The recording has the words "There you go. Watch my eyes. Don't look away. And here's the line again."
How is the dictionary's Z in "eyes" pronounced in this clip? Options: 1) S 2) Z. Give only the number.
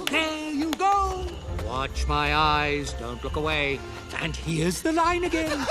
2